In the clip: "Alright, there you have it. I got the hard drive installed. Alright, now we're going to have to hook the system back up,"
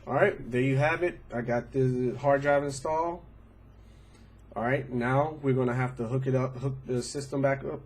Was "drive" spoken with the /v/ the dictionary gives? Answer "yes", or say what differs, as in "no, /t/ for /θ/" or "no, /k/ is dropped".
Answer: yes